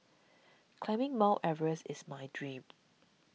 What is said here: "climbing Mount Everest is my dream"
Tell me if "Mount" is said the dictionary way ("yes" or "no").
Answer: no